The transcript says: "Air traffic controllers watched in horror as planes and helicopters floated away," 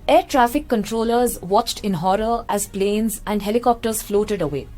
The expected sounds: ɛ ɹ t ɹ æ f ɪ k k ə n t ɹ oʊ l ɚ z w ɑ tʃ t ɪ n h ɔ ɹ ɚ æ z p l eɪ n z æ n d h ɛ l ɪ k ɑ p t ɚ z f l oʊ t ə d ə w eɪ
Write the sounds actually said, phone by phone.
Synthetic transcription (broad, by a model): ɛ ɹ t ɹ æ f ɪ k k ə n t ɹ oʊ l ɚ z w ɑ tʃ t ɪ n h ɔ ɹ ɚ æ z p l eɪ n z æ n d h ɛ l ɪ k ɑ p t ɚ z f l oʊ t ə d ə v eɪ